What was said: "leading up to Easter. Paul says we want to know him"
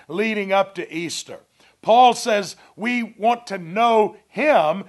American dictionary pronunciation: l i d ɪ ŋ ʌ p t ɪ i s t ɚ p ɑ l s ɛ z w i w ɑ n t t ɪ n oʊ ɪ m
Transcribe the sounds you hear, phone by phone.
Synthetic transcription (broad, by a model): l i d ɪ ŋ ʌ p t ɪ i s t ɚ p ɑ l s ɛ z w i w ɑ n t t ɪ n oʊ ɪ m